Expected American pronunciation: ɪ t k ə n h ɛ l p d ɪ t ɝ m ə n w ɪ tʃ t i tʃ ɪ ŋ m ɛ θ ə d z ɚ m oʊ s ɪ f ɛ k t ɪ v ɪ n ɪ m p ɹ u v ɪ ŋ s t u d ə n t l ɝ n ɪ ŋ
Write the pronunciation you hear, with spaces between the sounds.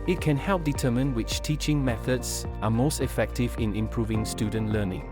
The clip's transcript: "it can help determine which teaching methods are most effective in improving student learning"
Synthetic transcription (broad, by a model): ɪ t k ə n h ɛ l p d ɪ t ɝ m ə n w ɪ tʃ t i tʃ ɪ ŋ m ɛ θ ə d z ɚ m oʊ s ɪ f ɛ k t ɪ v ɪ n ɪ m p ɹ u v ɪ ŋ s t u d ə n t l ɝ n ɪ ŋ